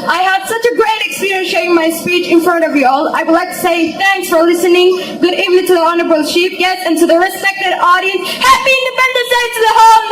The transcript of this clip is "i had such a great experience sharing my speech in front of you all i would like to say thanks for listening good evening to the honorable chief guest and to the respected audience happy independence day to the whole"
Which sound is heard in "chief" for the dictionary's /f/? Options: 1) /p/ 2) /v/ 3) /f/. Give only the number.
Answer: 1